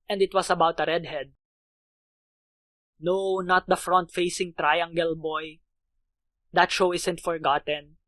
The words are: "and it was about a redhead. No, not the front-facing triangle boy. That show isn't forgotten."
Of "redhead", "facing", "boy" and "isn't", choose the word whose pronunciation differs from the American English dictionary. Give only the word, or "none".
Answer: isn't